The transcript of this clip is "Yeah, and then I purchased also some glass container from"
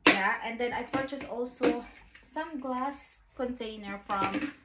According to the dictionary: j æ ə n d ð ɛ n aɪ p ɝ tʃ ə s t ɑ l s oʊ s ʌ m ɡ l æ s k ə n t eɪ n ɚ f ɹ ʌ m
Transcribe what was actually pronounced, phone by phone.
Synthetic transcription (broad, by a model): j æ ə n d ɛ n aɪ p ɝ tʃ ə s ɑ l s oʊ s ʌ m ɡ l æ s k ə n t eɪ n ɚ f ɹ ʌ m